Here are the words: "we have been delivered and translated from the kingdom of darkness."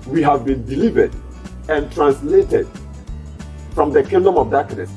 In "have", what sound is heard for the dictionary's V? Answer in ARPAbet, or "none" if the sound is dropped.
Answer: V